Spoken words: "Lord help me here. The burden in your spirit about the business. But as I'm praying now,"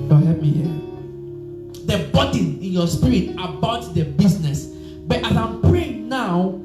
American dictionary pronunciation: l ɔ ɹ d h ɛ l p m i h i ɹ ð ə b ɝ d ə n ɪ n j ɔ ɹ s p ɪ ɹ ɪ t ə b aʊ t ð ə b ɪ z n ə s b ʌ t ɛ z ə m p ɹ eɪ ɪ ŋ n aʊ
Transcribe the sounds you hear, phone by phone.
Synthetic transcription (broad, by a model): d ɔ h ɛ p m i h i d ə b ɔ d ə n ɪ n j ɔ s p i ɹ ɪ t ə b aʊ t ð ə b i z n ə s b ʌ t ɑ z ə m p ɹ eɪ ɪ ŋ n aʊ